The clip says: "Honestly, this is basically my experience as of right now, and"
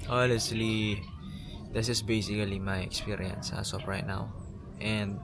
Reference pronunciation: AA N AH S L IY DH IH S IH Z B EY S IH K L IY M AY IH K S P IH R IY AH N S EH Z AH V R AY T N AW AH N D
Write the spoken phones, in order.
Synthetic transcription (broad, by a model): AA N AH S L IY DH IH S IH S B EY S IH K L IY M AY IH K S P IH R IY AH N S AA S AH P R AY T N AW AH N D